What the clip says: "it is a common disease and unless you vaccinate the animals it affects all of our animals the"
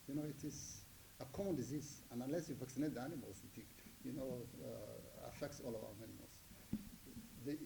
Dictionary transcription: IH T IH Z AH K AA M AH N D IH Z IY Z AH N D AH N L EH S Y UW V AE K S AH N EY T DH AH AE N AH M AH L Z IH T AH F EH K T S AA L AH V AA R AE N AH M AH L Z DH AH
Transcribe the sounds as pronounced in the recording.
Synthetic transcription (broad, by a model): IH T IH Z AH K AA M AH N D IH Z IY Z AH N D AH N L EH S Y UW V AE K S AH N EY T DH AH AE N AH M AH L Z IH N AH F EH K T S AA L AH V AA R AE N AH M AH L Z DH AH